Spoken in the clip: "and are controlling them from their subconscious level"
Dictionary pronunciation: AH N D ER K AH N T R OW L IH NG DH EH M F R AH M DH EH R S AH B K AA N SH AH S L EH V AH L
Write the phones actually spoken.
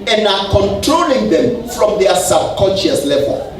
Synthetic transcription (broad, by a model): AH N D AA K AH N T R OW L IH NG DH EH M F R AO M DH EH S AH B K AA N SH AH S L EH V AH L